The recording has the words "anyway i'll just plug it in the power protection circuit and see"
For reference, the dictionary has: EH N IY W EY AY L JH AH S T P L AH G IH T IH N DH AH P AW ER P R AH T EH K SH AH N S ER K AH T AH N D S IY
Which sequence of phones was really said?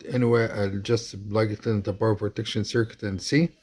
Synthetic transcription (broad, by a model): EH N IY W EY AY JH AH S T L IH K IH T IH N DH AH B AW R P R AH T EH K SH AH N S ER K AH T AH N S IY